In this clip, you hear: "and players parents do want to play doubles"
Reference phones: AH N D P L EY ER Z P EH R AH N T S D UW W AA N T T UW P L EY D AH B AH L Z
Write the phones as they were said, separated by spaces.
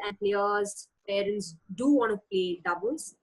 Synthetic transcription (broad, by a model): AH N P L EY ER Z P EH R AH N T S D UW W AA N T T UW P L EY D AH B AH L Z